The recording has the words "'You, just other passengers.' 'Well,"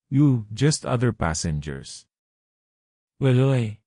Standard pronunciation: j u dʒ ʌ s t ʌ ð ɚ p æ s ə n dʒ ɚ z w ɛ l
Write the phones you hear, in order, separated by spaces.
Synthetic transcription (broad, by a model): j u dʒ ʌ s t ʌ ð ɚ p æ s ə n dʒ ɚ s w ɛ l